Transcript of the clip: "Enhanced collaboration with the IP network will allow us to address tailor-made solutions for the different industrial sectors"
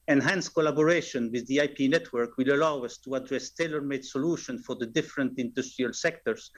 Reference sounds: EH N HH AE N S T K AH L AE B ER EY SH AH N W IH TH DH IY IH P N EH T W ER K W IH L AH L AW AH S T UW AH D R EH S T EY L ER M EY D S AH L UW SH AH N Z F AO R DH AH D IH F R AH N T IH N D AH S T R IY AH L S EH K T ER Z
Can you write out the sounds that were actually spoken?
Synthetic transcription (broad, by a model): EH N HH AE N S K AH L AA B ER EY SH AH N W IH DH IY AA P N EH T W ER K W IH L AH L AW AH S T UW AH D R EH S T EY L ER M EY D S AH L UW SH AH N F AO R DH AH D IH F R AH N T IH N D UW S T R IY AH L S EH K T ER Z